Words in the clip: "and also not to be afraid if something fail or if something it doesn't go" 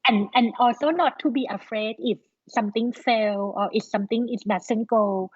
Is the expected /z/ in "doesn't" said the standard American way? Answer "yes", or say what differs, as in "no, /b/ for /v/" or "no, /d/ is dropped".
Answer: no, /s/ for /z/